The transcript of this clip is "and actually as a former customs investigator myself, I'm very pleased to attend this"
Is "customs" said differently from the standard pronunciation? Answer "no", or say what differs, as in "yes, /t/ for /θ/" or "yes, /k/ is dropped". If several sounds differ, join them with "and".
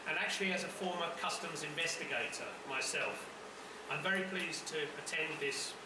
no